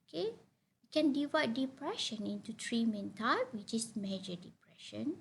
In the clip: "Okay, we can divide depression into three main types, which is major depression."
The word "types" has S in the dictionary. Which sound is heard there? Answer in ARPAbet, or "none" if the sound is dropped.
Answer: none